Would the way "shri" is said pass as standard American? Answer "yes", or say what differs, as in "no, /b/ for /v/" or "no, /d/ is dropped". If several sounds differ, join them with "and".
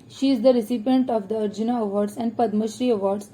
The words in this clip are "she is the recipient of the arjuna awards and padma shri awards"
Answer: yes